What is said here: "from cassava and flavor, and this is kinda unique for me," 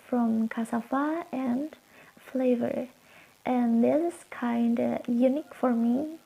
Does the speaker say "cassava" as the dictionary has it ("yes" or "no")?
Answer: no